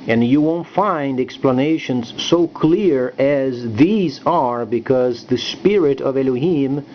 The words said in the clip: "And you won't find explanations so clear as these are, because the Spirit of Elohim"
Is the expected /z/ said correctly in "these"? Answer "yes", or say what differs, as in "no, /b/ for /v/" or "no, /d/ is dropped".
yes